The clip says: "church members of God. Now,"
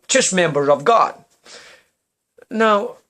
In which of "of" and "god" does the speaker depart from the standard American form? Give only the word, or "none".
none